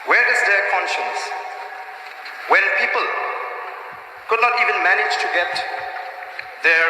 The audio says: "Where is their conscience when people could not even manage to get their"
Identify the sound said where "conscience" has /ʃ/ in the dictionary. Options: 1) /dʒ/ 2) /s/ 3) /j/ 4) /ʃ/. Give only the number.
4